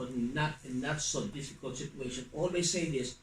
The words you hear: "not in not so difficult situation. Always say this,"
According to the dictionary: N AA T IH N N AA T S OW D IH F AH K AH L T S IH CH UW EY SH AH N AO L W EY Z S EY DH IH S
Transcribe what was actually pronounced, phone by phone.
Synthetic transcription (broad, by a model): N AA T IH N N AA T S OW D IH F AH K AH L T S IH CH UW EY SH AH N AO L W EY S EY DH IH S